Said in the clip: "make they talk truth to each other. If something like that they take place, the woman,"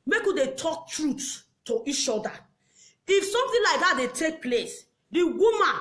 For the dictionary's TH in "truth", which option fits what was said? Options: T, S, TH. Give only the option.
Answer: S